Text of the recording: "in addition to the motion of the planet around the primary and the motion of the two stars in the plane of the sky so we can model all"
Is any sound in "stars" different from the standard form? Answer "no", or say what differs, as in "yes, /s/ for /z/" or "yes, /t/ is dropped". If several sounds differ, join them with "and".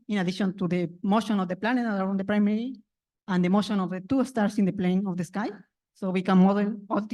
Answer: yes, /s/ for /z/